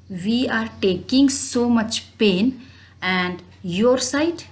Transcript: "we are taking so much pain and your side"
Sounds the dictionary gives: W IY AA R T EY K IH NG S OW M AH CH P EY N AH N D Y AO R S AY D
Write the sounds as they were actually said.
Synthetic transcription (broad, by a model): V IY AA R T EY K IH NG S OW M AH CH P EY N AH N D Y AO R S AY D